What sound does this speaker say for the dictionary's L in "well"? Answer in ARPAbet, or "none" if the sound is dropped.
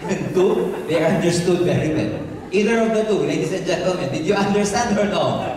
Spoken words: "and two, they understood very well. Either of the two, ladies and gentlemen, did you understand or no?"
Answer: N